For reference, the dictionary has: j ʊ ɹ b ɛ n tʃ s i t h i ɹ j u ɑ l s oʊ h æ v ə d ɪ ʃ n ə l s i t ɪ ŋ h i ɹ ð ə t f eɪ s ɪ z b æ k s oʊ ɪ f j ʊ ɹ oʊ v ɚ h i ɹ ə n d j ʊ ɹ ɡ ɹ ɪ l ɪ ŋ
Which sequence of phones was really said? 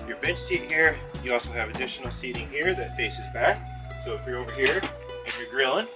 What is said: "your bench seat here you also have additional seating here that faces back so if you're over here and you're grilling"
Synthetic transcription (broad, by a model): j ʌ ɹ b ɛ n s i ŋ h i ɹ j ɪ ɑ l s oʊ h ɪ v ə d ɪ ʃ n l s i t ɪ ŋ h i ɹ ð ə t f eɪ s ɪ z b æ k s oʊ ɪ f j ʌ ɹ oʊ v ɚ h i ɹ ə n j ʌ ɹ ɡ ɹ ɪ l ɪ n